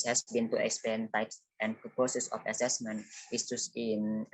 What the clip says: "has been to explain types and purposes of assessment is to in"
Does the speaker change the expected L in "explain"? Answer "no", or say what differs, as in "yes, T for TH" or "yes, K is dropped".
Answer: yes, L is dropped